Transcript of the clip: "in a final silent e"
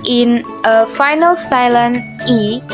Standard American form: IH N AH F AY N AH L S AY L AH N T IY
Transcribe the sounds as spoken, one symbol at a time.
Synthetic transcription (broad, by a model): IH N AH F AY N AH L S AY L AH N IY